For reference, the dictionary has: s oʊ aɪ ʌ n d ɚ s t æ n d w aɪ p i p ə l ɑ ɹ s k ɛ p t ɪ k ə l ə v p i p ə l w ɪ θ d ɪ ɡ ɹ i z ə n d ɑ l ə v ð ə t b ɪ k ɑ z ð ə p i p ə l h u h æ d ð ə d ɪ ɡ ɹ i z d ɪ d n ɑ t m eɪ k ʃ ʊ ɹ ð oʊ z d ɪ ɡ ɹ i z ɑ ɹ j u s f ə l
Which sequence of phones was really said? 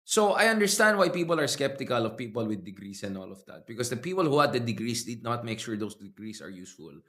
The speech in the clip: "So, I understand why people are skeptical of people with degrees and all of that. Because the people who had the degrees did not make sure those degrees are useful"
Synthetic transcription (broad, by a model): s oʊ aɪ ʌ n d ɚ s t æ n d w aɪ p i p ə l ɑ ɹ s k ɛ p t ɪ k ə l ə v p i p ə l w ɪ d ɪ ɡ ɹ i s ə n ɑ l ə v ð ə t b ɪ k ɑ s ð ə p i p ə l h u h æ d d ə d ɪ ɡ ɹ i s d ɪ d n ɑ t m eɪ k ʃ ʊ ɹ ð oʊ s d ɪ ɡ ɹ i s ɑ ɹ j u s f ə l